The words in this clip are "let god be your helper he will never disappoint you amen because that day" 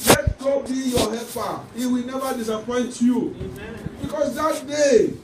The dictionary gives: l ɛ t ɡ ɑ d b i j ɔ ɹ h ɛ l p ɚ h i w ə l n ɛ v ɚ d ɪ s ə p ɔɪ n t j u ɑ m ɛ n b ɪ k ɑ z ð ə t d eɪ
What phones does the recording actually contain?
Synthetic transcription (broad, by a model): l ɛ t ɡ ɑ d b i j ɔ h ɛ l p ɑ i w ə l n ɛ v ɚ d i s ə p ɔɪ n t j u b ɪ k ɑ s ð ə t d eɪ